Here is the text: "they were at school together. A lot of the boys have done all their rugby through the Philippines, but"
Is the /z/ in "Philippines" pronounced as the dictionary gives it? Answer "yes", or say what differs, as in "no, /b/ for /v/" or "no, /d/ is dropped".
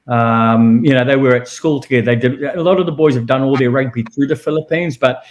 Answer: yes